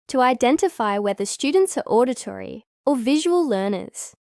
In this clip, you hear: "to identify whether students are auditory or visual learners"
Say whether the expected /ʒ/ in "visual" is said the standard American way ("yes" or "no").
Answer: yes